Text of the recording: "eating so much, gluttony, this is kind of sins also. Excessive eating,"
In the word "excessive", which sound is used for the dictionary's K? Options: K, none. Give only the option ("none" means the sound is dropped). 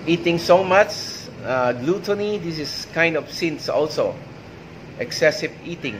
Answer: K